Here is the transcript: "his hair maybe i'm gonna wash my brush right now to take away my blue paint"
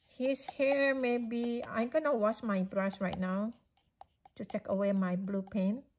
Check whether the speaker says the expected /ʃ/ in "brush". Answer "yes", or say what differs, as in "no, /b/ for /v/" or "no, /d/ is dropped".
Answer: no, /s/ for /ʃ/